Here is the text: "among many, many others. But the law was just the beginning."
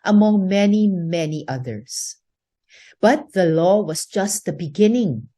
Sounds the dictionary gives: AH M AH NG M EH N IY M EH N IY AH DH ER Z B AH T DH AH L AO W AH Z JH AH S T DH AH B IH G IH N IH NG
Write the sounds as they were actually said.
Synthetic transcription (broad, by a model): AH M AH NG M EH N IY M EH N IY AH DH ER S B AH T DH AH L AO W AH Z JH AH S T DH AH B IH G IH N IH NG